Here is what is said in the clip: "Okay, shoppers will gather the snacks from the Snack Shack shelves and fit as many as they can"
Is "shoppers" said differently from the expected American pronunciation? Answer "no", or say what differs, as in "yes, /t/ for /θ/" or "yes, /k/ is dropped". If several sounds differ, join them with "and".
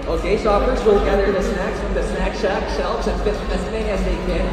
yes, /s/ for /ʃ/ and /f/ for /p/